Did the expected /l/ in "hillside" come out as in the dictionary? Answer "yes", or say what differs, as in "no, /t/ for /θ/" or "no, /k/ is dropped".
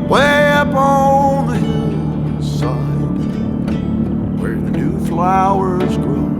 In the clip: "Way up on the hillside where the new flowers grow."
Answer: no, /l/ is dropped